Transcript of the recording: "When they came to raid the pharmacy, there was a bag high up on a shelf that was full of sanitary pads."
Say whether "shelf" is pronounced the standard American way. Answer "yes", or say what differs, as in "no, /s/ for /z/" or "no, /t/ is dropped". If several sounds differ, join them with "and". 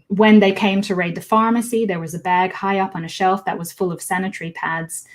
yes